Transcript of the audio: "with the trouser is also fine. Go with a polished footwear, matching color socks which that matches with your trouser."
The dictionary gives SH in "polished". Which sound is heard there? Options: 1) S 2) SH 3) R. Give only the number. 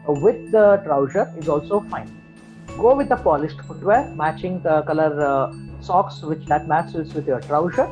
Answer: 1